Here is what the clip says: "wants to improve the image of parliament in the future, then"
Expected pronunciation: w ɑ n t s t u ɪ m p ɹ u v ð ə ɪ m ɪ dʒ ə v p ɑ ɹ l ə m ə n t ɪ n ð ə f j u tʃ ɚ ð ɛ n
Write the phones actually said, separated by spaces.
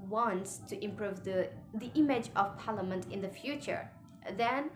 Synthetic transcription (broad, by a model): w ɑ n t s t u ɪ m p ɹ u v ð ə ɪ m ɪ dʒ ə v p ɑ ɹ l ə m ə n t ɪ n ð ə f j u tʃ ɚ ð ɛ n